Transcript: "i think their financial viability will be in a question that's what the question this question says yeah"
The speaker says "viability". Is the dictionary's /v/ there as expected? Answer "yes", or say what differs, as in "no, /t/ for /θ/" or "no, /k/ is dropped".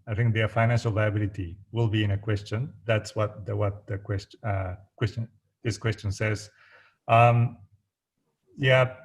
yes